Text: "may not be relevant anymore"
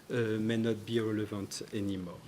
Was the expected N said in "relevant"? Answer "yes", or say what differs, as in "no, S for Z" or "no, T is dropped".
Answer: no, N is dropped